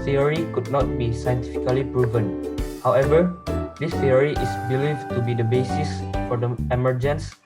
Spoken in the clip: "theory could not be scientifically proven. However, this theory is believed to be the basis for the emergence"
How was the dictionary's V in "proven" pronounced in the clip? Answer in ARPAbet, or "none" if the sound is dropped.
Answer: V